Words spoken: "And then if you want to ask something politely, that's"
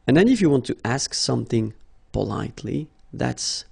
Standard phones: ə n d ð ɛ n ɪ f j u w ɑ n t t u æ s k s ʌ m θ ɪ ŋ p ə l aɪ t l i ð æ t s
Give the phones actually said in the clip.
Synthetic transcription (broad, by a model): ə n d ð ɛ n ɪ f j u w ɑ n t t u æ s k s ʌ m θ ɪ ŋ p ə l aɪ t l i ð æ t s